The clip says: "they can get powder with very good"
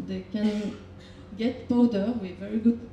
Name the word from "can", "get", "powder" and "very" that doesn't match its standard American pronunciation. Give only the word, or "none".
powder